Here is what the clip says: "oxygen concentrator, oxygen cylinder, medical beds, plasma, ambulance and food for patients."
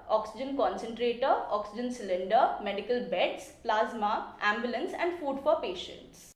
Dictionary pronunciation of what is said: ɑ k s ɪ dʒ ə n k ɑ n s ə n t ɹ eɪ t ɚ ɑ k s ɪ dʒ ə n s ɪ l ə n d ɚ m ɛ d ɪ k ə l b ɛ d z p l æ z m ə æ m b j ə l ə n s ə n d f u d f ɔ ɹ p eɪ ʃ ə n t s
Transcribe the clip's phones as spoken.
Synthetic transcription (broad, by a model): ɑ k s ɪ dʒ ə n k ɑ n s ə n t ɹ eɪ t ɚ ɑ k s ɪ dʒ ə n s ɪ l ə n d ɚ m ɛ d ɪ k ə l b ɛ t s p l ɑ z m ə æ m b j ə l ə n s ə n d f u d f ɔ ɹ p eɪ ʃ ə n t s